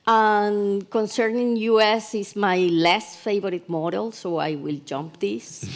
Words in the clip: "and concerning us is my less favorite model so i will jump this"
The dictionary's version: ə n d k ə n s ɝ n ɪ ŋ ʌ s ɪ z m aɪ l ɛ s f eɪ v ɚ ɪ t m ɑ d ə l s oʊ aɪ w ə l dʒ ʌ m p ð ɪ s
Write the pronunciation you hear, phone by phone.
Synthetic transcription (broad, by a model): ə n k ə n s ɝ n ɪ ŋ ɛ s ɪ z m aɪ l ɛ s f eɪ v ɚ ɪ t m ɑ d ə l s oʊ aɪ w ə l dʒ ʌ m p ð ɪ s